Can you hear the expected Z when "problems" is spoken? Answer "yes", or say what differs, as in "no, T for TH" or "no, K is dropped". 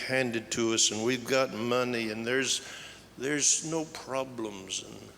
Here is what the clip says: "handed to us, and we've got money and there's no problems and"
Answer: yes